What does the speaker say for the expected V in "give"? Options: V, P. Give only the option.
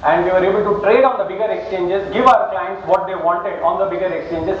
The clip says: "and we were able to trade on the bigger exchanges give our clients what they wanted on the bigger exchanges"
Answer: V